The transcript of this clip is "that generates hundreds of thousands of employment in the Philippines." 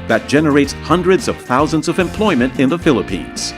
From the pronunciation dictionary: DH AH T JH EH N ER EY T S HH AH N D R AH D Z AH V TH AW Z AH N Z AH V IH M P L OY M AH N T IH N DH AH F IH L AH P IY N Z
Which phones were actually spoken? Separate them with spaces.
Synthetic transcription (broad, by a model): DH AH T JH EH N ER EY T S HH AH N D R AH D Z AH V TH AW Z AH N Z AH V IH M P L OY M AH N T IH N DH AH F IH L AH P IY N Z